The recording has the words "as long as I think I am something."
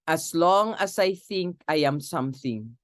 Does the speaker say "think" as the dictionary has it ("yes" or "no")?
yes